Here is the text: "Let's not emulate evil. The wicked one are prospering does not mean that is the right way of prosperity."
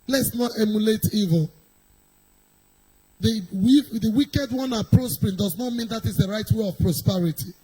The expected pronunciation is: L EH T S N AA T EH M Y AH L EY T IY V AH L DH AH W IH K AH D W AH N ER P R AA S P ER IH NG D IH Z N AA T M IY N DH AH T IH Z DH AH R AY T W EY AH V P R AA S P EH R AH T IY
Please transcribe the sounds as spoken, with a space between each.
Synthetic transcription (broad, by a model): L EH T S N AA T EH M Y AH L EY T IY V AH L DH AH W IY K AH D W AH N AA P R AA S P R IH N D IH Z N AA T M IY N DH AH T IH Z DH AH R AY T W EY AH V P R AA S P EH R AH T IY